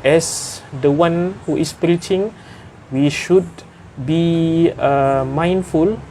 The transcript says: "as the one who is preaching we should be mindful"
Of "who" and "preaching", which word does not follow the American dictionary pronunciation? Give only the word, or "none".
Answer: none